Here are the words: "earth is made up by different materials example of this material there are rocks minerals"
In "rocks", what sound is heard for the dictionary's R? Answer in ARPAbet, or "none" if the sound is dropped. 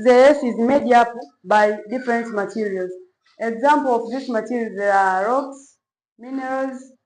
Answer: R